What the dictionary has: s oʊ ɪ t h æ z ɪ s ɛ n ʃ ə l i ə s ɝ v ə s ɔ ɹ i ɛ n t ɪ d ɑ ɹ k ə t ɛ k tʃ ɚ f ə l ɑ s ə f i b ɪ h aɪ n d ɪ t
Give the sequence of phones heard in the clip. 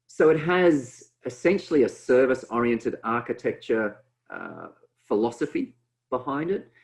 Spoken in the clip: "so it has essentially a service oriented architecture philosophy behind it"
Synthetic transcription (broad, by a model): s oʊ ɪ t h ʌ z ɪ s ɛ n ʃ l i ə s ɝ v ə s ɔ ɹ i ɛ n t ɪ d ɑ ɹ k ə t ɛ k tʃ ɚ f ə l ɑ s ə f i b ɪ h aɪ n d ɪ t